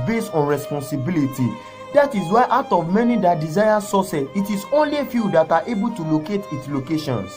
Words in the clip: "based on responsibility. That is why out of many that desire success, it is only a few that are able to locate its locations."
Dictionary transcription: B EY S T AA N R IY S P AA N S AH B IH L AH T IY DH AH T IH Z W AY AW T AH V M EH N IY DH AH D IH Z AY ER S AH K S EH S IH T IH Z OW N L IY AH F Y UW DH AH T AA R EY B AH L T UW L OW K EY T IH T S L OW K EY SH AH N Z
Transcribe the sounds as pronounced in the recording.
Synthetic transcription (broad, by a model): B EY S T AA N R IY S P AA N S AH B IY L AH T IY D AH T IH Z W AY AW T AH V M EH N IY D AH D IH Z AY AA S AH S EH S IH T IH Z OW N L IY F Y UW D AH T AA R EY B AH L T UW L OW K EY T IH T S L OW K EY SH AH N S